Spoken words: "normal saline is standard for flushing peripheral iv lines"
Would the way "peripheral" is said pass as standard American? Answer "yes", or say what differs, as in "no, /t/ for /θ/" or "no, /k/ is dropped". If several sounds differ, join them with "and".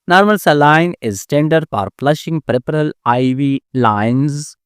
no, /p/ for /f/